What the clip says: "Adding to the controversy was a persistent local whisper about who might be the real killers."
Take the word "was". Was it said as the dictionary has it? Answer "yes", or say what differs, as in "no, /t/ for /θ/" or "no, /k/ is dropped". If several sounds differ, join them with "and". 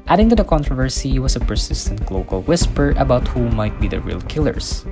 no, /s/ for /z/